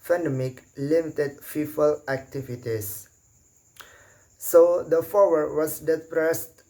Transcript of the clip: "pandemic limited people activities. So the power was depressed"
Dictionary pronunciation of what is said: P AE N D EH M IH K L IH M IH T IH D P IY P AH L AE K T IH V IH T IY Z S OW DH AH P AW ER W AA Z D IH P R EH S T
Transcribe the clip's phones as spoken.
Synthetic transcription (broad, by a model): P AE N D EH M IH K L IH M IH T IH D F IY F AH L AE K T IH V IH T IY S OW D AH F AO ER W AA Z D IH P R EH S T